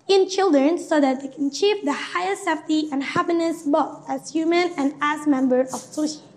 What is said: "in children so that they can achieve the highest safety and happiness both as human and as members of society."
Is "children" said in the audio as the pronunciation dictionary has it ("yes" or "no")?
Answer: yes